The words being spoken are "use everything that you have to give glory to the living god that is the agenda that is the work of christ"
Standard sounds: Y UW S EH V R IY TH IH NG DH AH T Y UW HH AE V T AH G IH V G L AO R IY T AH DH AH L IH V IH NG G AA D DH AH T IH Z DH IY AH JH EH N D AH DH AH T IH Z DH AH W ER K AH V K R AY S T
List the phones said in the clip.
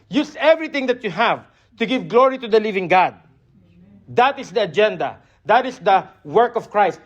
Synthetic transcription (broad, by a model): Y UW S EH V R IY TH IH NG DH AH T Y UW HH AE V T AH G IH V G L AO R IY T AH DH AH L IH V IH NG G AA D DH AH T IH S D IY AH JH EH N D AH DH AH T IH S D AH W ER K AH V K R AY S T